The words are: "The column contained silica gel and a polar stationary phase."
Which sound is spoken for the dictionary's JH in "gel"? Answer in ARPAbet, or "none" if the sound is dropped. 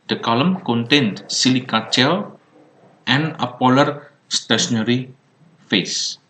CH